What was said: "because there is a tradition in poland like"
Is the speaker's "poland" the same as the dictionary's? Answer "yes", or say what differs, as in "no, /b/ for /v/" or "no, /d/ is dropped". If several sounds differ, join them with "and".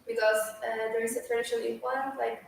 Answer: no, /l/ is dropped